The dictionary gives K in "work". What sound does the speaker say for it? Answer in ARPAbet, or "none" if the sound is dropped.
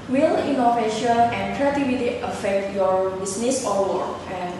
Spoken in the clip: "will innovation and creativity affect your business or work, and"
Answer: none